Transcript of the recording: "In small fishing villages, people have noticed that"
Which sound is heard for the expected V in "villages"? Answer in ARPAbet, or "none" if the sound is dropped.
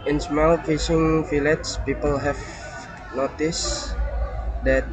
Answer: F